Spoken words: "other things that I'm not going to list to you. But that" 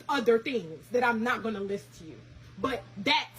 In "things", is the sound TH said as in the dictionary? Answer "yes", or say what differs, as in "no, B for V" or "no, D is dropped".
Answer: yes